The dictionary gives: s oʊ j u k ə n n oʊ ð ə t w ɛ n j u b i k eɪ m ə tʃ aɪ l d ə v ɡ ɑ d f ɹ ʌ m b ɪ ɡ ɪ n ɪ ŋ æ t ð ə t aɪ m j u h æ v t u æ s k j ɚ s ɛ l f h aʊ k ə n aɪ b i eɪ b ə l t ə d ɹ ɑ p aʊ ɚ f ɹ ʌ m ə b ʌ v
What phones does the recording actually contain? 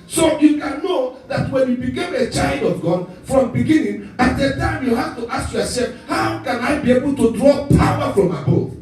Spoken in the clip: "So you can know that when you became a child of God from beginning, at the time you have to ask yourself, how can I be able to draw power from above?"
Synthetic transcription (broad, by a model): s oʊ j u k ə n n oʊ ð ə t w ɛ n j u b i k eɪ m ə tʃ aɪ l d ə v ɡ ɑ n f ɹ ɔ m b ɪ ɡ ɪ n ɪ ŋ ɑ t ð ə t aɪ m j u h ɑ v t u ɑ s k j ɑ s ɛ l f h aʊ k ə n aɪ b i eɪ b ə l t ə d ɹ ɑ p aʊ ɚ f ɹ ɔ m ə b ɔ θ